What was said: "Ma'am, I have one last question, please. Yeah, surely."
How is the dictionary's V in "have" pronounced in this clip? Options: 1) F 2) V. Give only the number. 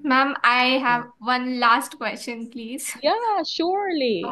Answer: 2